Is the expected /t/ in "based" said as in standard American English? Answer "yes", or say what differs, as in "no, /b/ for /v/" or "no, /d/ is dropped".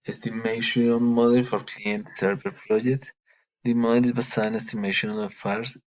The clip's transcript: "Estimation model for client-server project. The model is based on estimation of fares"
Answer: no, /t/ is dropped